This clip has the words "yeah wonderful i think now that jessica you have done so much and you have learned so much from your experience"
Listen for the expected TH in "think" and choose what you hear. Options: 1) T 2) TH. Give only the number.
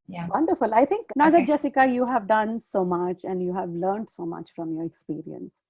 1